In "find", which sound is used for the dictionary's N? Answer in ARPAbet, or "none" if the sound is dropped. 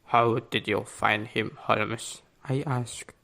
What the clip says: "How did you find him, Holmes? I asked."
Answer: N